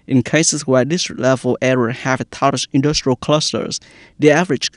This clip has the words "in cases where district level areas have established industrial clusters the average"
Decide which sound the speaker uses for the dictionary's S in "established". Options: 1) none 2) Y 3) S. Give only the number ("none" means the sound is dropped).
1